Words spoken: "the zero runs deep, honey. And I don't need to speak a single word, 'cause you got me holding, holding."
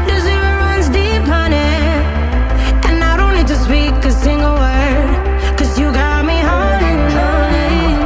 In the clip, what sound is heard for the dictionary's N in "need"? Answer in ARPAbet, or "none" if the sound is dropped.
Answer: L